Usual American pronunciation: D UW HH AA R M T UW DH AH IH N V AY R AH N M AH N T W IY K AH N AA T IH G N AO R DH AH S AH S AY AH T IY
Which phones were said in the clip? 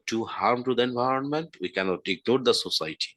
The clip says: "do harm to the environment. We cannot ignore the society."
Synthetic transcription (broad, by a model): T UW HH AA R M T UW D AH IH N V AY R AH N M AH N T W IY K AH N AA T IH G N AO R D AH S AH S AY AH T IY